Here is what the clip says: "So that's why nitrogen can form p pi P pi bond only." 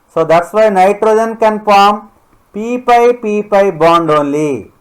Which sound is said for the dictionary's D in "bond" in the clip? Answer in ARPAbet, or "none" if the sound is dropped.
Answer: D